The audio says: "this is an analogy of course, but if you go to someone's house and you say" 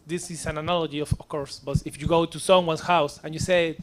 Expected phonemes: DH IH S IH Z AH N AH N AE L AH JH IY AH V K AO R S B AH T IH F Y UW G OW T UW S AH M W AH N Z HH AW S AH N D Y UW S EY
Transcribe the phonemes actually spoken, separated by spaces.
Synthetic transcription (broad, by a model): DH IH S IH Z AH N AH N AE L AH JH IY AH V K AO R S B AH T IH F Y UW G OW T UW S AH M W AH N S HH AW S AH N Y UW S EY